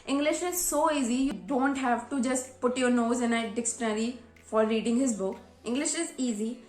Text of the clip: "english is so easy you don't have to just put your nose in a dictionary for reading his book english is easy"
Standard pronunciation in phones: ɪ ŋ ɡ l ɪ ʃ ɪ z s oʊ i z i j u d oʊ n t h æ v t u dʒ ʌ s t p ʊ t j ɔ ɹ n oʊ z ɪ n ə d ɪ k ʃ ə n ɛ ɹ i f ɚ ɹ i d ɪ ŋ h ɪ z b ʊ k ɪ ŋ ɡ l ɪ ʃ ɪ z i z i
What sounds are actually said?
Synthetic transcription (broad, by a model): ɪ ŋ ɡ l ɪ ʃ ɪ z s oʊ i z i j u d oʊ n t h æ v t u dʒ ʌ s t p ʊ t j ɔ ɹ n oʊ z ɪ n ə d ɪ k s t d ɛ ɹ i f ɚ ɹ i d ɪ ŋ h ɪ z b ʊ k ɪ ŋ ɡ l ɪ ʃ ɪ z i z i